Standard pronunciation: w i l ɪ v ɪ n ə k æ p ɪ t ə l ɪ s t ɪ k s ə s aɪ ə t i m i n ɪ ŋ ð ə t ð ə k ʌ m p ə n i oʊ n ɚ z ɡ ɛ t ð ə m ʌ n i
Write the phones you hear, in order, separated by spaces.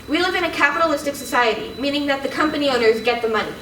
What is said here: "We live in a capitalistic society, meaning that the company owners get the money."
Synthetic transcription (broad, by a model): w i l ɪ v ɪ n ə k æ p ɪ t ə l ɪ s t ɪ k s ə s aɪ ə t i m i n ɪ ŋ ð ə t ð ə k ʌ m p ə n i oʊ n ɚ z ɡ ɛ t ð ə m ʌ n i